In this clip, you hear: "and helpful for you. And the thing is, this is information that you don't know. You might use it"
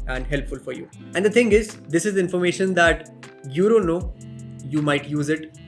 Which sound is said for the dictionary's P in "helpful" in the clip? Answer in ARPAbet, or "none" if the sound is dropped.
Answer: P